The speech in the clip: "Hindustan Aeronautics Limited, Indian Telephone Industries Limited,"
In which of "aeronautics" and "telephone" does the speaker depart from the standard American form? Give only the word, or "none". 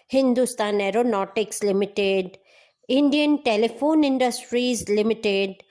none